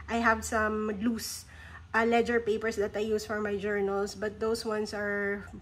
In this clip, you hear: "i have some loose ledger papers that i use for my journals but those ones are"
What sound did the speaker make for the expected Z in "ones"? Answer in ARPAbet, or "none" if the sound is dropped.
S